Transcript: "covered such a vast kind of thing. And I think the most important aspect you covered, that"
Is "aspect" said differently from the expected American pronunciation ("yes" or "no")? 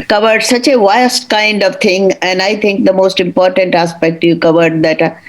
no